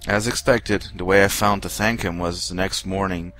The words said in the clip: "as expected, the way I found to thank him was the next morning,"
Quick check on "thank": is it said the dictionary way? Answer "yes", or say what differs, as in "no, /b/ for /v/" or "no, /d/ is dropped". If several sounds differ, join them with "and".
yes